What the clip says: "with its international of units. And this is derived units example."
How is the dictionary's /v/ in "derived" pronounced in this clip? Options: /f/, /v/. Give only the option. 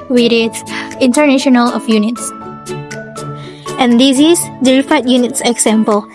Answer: /f/